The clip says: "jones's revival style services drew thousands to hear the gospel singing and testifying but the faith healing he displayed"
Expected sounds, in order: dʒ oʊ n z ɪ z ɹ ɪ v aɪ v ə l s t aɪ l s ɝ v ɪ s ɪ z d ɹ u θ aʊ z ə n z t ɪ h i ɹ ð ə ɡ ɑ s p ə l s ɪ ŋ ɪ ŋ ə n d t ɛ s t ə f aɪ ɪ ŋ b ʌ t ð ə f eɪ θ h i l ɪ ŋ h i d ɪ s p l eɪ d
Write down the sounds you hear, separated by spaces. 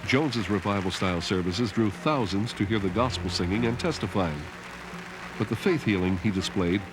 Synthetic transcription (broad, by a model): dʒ oʊ n z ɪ z ɹ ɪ v aɪ v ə l s t aɪ l s ɝ v ɪ s ɪ z d ɹ u θ aʊ z ə n z t ɪ h i ɹ ð ə ɡ ɑ s p l s ɪ ŋ ɪ ŋ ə n t ɛ s t ə f aɪ ɪ ŋ b ʌ t ð ə f eɪ θ h i l ɪ ŋ i d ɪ s p l eɪ d